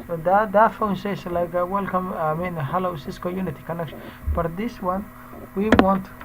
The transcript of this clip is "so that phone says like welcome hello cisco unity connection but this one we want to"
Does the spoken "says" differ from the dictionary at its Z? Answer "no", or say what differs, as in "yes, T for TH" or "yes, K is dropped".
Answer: yes, S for Z